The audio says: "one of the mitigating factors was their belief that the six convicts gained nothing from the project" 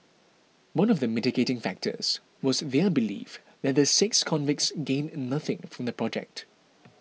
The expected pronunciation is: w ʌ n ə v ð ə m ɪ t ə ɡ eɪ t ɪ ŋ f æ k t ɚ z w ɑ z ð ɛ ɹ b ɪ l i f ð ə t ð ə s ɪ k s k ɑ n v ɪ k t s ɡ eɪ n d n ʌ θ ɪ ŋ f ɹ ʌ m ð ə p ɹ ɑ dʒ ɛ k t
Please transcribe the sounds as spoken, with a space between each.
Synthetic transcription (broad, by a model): w ʌ n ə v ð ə m ɪ t ə ɡ eɪ t ɪ ŋ f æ k t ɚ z w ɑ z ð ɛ b ɪ l i f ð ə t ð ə s ɪ k s k ɑ n v ɪ k t s ɡ eɪ n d n ʌ θ ɪ ŋ f ɹ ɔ m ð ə p ɹ ɑ dʒ ɛ k t